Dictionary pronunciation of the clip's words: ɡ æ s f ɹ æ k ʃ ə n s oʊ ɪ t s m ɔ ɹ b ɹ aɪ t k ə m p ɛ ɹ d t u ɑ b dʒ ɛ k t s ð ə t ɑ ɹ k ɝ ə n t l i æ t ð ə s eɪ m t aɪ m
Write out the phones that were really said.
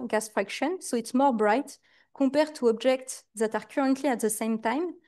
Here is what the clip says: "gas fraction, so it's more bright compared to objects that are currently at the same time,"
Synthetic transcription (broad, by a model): ɡ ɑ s f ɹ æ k ʃ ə n s oʊ ɪ t s m ɔ ɹ b ɹ aɪ t k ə p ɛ ɹ t u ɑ b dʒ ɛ k t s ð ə t ɑ ɹ k ɝ ə n t l i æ t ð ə s eɪ m t aɪ m